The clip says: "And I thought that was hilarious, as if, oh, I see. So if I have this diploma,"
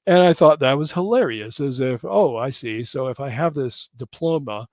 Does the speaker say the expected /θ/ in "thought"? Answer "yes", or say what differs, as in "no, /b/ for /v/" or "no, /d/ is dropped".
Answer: yes